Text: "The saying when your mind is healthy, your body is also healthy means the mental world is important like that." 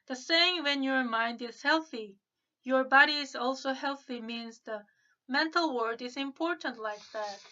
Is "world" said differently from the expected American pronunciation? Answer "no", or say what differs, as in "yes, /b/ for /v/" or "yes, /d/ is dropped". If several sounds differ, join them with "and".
yes, /l/ is dropped